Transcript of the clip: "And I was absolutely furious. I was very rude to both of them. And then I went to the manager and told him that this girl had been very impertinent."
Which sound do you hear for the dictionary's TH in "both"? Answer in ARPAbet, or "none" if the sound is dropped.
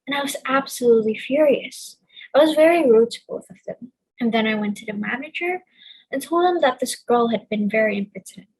TH